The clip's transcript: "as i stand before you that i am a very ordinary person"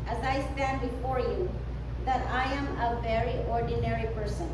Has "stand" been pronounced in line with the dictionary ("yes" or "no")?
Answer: yes